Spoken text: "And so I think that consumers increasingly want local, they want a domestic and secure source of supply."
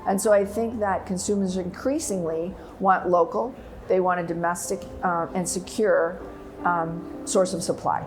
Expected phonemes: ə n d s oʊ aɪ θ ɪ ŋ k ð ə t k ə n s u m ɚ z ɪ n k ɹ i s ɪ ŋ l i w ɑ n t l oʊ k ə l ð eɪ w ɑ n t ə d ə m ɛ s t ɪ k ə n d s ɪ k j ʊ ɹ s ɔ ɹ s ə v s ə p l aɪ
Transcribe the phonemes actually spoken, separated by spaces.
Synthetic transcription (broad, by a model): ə n s oʊ aɪ θ ɪ ŋ k ð ə t k ə n s u m ɚ z ɪ n k ɹ i s ɪ ŋ l i w ɑ n t l oʊ k l ð eɪ w ɑ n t ə d ə m ɛ s t ɪ k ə n s ɪ k j ʊ ɹ s ɔ ɹ s ə v s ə p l aɪ